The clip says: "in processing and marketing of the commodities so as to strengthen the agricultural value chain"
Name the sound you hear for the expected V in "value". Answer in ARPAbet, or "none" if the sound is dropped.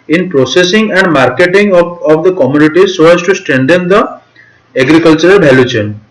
B